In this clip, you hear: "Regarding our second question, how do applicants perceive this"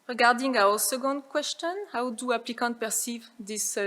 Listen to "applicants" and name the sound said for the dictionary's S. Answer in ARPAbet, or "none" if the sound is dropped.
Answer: none